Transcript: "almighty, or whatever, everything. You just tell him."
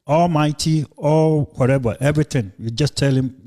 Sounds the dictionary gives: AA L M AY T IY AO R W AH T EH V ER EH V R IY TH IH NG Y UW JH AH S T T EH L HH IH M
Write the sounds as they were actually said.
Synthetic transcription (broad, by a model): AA L M AY T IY AO L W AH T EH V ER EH V R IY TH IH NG Y UW JH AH S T T EH L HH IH M